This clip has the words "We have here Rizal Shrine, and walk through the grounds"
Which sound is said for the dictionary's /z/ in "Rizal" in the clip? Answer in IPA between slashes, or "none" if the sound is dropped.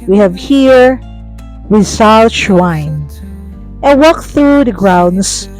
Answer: /s/